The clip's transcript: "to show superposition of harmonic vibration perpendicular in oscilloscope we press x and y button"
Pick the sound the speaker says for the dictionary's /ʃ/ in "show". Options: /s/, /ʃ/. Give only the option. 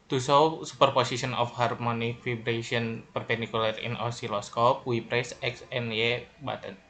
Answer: /s/